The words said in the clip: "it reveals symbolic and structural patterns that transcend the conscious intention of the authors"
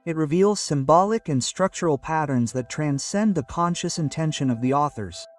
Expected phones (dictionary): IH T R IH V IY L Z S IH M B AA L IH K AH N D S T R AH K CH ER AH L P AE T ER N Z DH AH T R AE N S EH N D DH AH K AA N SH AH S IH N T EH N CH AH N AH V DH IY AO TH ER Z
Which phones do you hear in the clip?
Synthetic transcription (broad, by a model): IH T R IH V IY L Z S IH M B AA L IH K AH N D S T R AH K CH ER L P AE T ER N Z DH AH T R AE N S EH N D DH AH K AA N SH AH S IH N T EH N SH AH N AH V DH IY AO TH ER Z